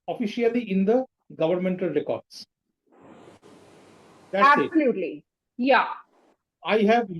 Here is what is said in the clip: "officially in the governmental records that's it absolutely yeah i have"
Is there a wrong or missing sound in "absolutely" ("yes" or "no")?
yes